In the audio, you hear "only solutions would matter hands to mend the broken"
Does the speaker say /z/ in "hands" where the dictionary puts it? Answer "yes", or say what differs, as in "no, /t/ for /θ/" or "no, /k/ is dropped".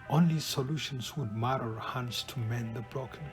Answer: no, /s/ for /z/